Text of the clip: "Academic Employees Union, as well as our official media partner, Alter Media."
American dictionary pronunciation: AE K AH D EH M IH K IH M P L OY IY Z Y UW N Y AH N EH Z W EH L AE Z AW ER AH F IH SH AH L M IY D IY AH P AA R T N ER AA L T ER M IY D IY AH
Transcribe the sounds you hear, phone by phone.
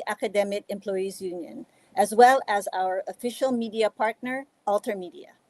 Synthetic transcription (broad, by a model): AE K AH D EH M IH K IH M P L OY IY Z Y UW N Y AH N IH Z W EH L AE Z AW ER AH F IH SH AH L M IY D IY AH P AA R T N ER AA L T ER M IY D IY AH